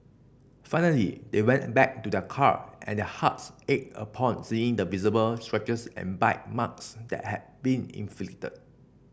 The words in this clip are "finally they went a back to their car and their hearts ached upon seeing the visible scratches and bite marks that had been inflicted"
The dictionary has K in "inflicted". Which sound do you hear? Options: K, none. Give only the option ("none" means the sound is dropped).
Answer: none